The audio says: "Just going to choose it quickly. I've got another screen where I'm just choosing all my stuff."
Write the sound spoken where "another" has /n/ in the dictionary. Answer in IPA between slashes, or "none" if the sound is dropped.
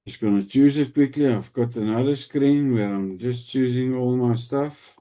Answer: /n/